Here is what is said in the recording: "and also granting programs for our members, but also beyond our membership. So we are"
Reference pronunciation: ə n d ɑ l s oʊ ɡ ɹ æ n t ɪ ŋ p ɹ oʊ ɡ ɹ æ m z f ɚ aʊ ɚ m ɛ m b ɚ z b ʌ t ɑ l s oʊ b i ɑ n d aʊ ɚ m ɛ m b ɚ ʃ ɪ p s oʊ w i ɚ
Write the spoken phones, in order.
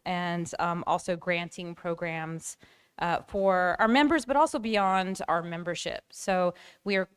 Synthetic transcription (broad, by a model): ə n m ɑ l s oʊ ɡ ɹ æ n t ɪ ŋ p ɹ oʊ ɡ ɹ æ m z f ɚ aʊ ɚ m ɛ m b ɚ z b ʌ t ɑ l s oʊ b i ɑ n d aʊ ɚ m ɛ m b ɚ ʃ ɪ p s oʊ w i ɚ